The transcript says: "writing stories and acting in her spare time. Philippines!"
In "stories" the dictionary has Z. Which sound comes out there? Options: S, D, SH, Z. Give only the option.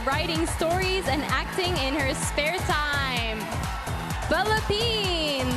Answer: Z